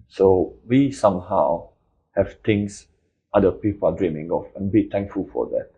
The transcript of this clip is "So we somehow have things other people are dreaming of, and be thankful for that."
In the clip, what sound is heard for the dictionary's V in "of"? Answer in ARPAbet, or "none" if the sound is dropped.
F